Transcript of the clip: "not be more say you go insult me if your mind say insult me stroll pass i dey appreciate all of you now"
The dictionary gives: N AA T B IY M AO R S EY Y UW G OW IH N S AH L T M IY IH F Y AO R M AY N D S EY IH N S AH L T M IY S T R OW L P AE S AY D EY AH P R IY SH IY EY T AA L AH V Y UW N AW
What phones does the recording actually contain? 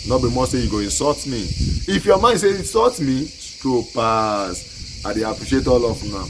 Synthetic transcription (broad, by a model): N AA B IY M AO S S EY Y UW G OW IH N S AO T M IY IH F Y AO M AY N S EY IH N S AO T M IY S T OW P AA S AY D EY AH P R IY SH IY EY T AA L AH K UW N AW